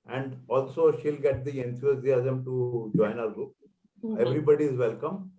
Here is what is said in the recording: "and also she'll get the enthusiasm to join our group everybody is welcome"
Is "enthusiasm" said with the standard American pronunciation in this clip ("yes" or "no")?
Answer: no